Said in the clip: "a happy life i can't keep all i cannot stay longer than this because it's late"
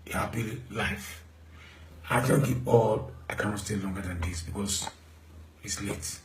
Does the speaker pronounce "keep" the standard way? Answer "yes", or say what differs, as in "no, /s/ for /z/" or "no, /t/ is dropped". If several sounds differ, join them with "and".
no, /p/ is dropped